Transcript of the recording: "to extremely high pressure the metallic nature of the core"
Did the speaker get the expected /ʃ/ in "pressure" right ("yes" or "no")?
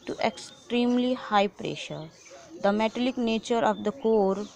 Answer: yes